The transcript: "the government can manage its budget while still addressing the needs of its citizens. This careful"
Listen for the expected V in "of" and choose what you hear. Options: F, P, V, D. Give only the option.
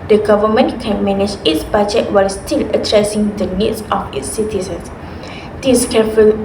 F